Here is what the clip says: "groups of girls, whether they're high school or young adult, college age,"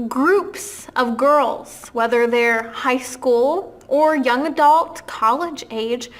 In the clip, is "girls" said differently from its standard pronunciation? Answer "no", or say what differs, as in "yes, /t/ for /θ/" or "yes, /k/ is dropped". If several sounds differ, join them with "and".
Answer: no